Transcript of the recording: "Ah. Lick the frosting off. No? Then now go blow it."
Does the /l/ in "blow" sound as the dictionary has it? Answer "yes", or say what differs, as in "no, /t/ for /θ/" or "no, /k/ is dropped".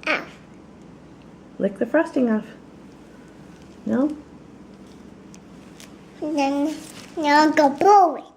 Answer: no, /l/ is dropped